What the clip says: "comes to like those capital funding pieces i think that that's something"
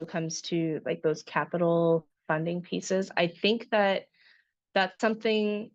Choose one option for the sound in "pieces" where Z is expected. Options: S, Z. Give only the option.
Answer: Z